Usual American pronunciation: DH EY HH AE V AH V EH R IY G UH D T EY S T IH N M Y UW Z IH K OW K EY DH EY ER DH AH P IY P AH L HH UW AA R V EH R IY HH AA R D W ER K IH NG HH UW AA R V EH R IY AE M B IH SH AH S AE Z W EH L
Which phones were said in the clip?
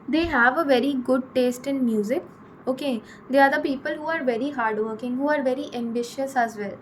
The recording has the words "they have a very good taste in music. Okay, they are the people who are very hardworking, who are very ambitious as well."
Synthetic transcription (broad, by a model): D EY HH AE V AH V EH R IY G UH D T EY S T IH N M Y UW Z IH K OW K EY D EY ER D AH P IY P AH L HH UW AA R V EH R IY HH AA R D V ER K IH NG HH UW AA R V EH R IY AE M B IH SH AH S AE Z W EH L